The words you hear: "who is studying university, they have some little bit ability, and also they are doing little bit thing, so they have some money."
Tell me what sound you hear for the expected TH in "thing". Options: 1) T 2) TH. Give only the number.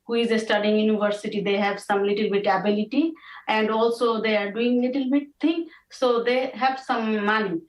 1